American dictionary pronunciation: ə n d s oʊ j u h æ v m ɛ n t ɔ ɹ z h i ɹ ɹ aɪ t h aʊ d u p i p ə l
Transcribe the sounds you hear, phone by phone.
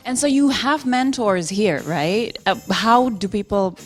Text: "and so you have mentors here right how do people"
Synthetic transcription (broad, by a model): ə n s oʊ j u h æ v m ɛ n t ɔ ɹ z h i ɹ ɹ aɪ t h aʊ d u p i p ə l